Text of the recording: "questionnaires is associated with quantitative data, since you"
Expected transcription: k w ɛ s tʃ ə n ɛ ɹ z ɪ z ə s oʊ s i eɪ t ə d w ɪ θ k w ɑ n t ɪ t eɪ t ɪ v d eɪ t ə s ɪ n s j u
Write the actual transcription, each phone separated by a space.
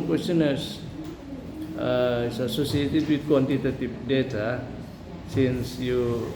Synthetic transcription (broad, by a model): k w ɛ s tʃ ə n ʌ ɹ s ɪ s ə s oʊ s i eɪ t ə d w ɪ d k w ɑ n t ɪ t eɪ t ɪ p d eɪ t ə s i n s j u